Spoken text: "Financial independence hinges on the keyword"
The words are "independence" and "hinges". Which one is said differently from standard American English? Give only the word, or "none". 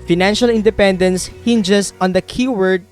hinges